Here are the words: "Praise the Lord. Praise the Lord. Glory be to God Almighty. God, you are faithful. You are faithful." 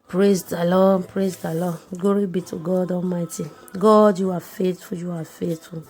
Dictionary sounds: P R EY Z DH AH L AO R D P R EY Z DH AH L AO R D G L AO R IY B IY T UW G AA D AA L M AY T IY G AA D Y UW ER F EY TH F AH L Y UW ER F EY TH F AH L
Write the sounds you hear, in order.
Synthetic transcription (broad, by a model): P R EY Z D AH L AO P R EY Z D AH L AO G AO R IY B IY T UW G AA D AA L M AY T IY G AA D Y UW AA F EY T F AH Y UW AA F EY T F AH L